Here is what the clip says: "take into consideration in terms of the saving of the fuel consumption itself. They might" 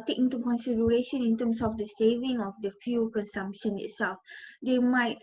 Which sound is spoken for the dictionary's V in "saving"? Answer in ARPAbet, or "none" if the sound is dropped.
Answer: V